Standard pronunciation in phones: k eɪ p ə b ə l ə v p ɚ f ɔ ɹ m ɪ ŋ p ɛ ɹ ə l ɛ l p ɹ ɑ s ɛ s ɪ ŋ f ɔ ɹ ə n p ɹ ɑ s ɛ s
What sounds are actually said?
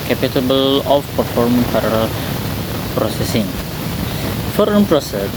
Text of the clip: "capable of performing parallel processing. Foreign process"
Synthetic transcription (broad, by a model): k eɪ p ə b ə l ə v p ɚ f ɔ ɹ m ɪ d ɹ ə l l p ɹ ɑ s ɛ s ɪ ŋ f ɔ ɹ ə n p ɹ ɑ s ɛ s